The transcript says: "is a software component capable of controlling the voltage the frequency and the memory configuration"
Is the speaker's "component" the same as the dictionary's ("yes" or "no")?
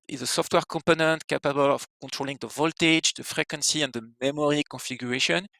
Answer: yes